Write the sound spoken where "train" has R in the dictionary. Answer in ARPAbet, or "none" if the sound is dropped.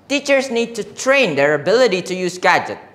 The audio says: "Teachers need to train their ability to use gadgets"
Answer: R